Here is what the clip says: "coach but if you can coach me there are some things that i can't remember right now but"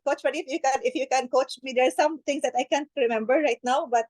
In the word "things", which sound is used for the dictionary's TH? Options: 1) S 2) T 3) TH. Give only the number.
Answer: 2